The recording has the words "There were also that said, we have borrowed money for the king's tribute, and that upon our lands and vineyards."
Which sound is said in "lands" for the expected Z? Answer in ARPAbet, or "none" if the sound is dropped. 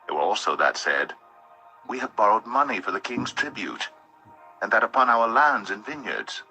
Z